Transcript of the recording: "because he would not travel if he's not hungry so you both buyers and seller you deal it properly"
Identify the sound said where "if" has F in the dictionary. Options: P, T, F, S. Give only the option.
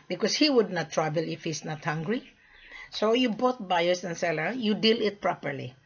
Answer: F